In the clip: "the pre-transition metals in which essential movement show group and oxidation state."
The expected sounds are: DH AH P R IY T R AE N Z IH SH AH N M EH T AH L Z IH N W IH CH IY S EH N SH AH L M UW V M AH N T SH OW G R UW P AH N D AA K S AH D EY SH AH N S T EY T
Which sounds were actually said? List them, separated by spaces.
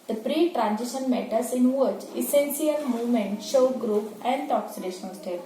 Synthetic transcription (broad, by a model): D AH P R IY T R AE N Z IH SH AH N M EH T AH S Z IH N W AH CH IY S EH N S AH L M UW V M AH N T SH OW G R UW P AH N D AA K S AH D EY SH AH N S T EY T